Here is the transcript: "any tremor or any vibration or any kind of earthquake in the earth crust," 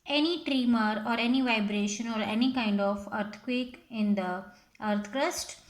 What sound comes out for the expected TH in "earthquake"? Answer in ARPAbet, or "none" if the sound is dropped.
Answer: T